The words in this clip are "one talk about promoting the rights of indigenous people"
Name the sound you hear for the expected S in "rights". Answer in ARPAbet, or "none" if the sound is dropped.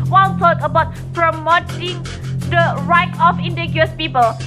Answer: none